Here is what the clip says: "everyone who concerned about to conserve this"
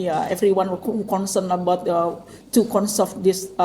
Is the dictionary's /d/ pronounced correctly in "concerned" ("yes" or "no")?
no